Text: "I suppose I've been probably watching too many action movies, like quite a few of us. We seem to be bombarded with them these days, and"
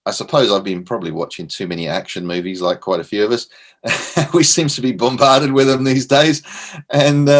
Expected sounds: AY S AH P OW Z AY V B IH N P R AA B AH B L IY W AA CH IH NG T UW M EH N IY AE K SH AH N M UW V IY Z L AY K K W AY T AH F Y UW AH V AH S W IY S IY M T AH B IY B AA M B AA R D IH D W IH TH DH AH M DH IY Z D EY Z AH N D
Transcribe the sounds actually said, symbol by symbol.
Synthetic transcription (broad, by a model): AY S AH P OW Z AY V B IH N P R AA B AH B L IY W AA CH IH NG T UW M EH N IY AE K SH AH N M UW V IY Z L AY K K W AY T AH F Y UW AH V AH S W IY S IY M T AH B IY B AA M B AA R D IH D W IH DH AH M DH IY Z D EY Z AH N